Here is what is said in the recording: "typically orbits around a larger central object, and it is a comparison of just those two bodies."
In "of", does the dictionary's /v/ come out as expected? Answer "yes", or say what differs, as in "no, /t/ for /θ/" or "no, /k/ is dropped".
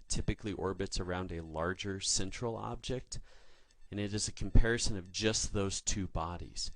yes